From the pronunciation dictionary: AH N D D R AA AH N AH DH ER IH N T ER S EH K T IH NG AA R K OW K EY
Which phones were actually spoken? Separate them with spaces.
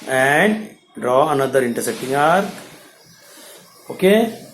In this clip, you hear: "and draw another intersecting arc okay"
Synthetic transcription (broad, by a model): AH N D D R AA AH N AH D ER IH N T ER S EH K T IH NG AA R OW K EY